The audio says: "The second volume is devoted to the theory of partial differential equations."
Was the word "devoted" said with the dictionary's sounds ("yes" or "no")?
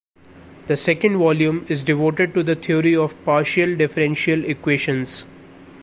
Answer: yes